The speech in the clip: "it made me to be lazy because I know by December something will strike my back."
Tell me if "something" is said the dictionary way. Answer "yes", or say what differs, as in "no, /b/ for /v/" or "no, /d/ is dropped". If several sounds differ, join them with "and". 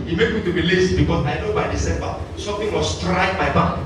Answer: no, /t/ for /θ/